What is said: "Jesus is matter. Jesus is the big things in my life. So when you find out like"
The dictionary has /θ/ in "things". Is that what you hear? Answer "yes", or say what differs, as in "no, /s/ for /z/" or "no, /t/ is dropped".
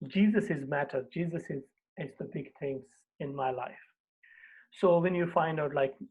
no, /t/ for /θ/